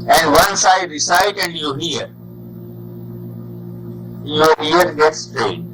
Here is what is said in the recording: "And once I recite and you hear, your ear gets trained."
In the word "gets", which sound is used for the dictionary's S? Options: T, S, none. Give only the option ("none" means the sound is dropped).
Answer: S